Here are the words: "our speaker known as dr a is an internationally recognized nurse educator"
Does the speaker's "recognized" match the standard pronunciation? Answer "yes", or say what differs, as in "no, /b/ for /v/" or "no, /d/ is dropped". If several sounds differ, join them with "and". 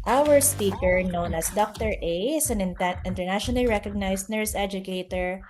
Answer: no, /s/ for /z/